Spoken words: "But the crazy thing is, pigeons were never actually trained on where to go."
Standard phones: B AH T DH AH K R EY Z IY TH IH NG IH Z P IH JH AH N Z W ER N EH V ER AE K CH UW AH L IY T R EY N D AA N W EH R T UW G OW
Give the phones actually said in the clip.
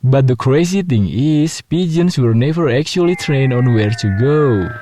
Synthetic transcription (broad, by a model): B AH T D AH K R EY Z IY T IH NG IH S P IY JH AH N S W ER N EH V ER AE K CH UW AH L IY T R EY N AA N W EH R T UW G OW